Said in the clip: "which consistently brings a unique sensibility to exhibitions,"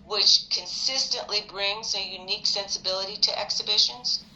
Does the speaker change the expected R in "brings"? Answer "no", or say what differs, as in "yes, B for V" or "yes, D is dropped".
no